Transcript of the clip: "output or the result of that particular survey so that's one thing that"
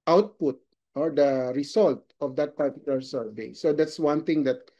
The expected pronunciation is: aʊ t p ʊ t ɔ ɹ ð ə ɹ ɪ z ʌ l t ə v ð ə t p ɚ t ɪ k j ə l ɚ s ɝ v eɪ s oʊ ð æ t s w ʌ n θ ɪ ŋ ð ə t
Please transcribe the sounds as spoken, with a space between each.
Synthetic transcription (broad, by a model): aʊ t p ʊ t ɔ ɹ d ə ɹ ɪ s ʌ l t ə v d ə t p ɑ t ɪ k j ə l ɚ s ɝ v eɪ s oʊ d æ t s w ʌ n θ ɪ ŋ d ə t